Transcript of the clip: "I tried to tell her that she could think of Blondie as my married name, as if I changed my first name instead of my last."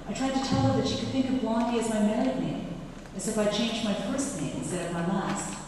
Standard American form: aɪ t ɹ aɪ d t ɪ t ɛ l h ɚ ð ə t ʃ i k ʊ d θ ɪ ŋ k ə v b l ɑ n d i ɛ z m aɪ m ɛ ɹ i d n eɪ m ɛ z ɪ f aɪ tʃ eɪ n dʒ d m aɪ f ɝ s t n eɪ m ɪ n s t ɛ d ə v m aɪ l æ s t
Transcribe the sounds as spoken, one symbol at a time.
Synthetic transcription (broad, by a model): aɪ t ɹ aɪ d t ɪ t ɛ l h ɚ ð ə t ʃ i k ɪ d θ ɪ ŋ k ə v b l ɑ n d i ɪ z m aɪ m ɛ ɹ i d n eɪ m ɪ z ɪ f aɪ tʃ eɪ n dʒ m aɪ f ɝ s t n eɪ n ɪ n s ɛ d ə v m aɪ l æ s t